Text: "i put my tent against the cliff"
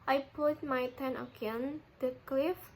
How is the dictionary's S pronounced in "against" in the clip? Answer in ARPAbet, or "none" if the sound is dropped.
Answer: none